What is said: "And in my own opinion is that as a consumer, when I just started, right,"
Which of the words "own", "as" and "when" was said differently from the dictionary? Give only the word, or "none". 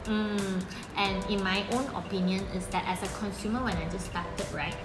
as